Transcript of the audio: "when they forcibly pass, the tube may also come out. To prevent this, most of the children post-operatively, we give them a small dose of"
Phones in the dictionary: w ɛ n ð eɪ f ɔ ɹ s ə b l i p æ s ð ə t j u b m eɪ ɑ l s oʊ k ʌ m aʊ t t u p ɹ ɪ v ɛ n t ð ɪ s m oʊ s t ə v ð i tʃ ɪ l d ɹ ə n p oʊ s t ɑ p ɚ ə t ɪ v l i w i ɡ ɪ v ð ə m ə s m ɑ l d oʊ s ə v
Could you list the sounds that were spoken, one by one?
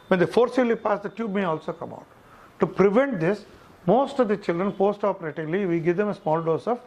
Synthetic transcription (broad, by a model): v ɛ n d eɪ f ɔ ɹ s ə l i p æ s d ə t j u b m eɪ ɑ l s oʊ k ʌ m aʊ t t u p ɹ ɪ v ɛ n t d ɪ s m oʊ s t ə v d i tʃ ɪ l d ɹ ə n p oʊ s t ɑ p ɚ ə t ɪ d l i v i ɡ ɪ v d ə m ə s m ɑ l d oʊ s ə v